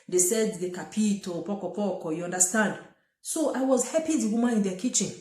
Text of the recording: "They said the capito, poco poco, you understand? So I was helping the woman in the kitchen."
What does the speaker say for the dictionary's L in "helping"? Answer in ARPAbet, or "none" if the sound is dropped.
none